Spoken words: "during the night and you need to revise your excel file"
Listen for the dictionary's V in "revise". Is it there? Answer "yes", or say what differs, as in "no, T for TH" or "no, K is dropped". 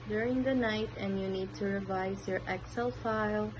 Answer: yes